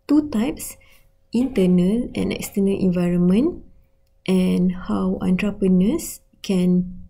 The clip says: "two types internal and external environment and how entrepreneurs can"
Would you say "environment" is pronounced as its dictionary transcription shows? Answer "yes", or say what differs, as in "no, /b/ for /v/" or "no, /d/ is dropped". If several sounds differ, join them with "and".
yes